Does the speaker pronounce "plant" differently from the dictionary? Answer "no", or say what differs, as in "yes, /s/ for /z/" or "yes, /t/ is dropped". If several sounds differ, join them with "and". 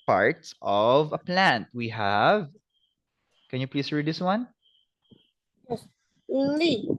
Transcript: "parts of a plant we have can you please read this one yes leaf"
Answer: no